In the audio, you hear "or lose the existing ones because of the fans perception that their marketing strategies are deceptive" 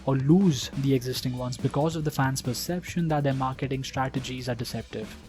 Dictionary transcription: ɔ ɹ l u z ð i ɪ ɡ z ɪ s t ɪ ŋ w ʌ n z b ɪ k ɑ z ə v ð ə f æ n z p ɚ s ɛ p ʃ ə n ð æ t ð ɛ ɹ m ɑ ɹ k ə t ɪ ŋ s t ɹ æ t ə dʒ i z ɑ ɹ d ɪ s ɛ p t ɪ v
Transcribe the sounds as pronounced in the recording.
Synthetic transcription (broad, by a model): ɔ ɹ l u z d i ɪ ɡ z ɪ s t ɪ ŋ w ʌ n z b ɪ k ɑ z ə v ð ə f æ n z p ɚ s ɛ p ʃ ə n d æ t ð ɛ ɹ m ɑ ɹ k ə t ɪ ŋ s t ɹ æ t ə dʒ i z ɑ ɹ d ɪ s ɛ p t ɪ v